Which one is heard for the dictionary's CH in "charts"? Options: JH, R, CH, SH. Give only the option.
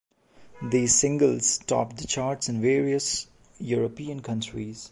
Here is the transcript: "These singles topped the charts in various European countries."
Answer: CH